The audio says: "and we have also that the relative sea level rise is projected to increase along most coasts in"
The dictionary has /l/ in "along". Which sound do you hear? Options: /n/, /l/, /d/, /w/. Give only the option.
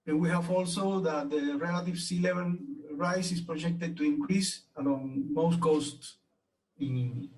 /n/